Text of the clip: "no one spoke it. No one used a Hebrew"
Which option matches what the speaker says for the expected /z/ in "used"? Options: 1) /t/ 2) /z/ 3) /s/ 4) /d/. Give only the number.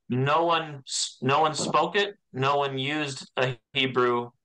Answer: 2